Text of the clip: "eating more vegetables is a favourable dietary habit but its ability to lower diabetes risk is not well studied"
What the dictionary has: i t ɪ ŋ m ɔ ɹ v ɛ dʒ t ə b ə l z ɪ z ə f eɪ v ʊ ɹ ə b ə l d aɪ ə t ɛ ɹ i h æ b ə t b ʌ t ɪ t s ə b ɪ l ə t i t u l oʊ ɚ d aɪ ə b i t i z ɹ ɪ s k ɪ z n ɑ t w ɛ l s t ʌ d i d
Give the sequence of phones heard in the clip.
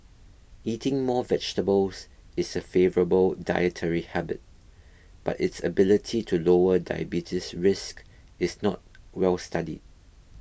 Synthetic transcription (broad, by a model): i t ɪ ŋ m ɔ v ɛ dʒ t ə b ə l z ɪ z ə f eɪ v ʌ ɹ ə b ə l d aɪ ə t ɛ ɹ i h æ b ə t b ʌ t ɪ t s ə b ɪ l ə t i t u l oʊ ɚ d aɪ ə b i t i s ɹ ɪ s k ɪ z n ɑ t w ɛ l s t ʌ d i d